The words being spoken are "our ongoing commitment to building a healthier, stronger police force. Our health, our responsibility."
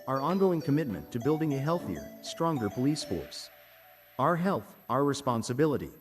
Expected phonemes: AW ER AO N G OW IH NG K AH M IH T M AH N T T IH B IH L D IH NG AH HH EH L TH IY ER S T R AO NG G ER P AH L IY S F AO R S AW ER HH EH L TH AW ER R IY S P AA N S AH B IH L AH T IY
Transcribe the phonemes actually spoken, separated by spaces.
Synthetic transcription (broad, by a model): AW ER AO N G OW IH NG K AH M IH T M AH N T T IH B IH L D IH NG AH HH EH L TH IY ER S T R AO NG G ER P AH L IY S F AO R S AW ER HH EH L TH AW ER R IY S P AA N S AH B IH L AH T IY